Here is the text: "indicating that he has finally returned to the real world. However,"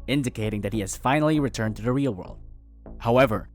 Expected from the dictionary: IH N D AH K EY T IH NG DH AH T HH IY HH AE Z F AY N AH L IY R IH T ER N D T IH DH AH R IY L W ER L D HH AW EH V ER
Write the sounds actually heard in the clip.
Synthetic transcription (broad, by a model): IH N D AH K EY T IH NG DH AH T HH IY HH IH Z F AY N L IY R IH T ER N T IH DH AH R IY L W ER L D HH AW EH V ER